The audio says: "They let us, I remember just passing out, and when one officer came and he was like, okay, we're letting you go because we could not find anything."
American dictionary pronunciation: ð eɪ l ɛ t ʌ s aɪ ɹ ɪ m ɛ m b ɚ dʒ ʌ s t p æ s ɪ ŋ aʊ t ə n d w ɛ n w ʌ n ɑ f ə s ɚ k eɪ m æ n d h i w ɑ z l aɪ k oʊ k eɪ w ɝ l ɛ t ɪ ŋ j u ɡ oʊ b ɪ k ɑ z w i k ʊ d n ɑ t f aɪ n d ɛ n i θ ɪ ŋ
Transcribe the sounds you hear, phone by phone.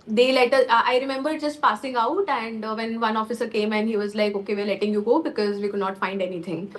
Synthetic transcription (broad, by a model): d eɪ l ɛ t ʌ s aɪ ɹ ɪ m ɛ m b ɚ dʒ ʌ s t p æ s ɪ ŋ aʊ t ə n d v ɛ n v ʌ n ɑ f ə s ɚ k eɪ m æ n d h i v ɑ z l aɪ k oʊ k eɪ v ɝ l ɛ t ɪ ŋ j u ɡ oʊ b ɪ k ɑ z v i k ʊ d n ɑ t f aɪ n d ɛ n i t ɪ ŋ